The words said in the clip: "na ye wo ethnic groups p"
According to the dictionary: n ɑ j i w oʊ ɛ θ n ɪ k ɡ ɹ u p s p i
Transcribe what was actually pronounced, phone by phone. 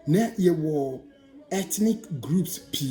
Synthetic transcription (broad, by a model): n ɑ j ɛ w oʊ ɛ t n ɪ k ɡ ɹ u p s p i